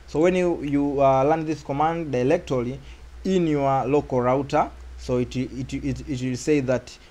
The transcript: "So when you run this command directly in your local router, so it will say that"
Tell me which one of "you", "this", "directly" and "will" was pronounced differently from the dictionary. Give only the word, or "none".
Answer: directly